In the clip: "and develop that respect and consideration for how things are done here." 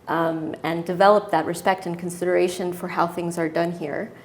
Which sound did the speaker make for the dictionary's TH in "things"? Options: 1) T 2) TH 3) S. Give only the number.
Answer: 2